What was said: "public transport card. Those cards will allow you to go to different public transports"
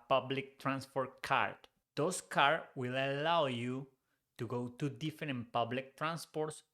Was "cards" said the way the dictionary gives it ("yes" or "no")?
no